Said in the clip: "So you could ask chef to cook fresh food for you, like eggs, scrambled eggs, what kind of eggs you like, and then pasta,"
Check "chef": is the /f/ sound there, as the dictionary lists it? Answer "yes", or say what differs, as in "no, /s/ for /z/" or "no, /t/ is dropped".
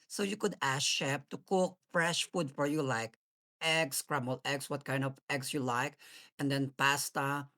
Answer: no, /p/ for /f/